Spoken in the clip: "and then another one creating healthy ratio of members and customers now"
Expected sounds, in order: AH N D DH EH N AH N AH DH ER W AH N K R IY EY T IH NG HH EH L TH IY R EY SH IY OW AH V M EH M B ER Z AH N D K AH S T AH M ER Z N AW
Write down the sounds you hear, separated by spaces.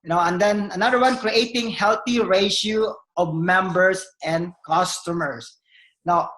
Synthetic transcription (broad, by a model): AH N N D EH N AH N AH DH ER W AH N K R IY EY T IH NG HH EH L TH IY R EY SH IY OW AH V M EH M B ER S AH N D K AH S T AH M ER S N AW